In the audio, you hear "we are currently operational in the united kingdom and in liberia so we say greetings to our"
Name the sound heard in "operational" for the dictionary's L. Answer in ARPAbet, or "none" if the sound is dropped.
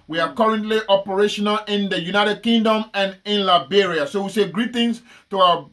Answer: L